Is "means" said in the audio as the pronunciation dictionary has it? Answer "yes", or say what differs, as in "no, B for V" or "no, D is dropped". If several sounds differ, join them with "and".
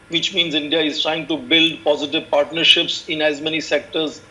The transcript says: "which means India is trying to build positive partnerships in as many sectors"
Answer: yes